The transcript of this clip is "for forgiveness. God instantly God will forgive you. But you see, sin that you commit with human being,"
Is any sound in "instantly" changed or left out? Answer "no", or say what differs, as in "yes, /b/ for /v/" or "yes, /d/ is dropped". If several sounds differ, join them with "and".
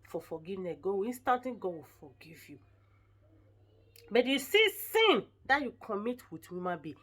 yes, /l/ is dropped